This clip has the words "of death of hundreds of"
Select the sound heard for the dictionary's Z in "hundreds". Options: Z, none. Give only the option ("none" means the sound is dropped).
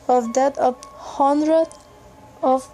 none